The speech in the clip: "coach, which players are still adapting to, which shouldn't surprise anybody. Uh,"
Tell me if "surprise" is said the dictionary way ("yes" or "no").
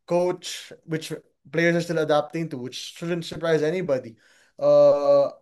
yes